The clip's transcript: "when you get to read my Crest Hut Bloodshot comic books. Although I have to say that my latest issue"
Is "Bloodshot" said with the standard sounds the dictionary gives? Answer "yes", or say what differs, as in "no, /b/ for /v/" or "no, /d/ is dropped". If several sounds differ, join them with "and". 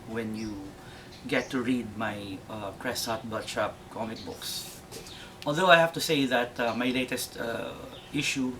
no, /l/ is dropped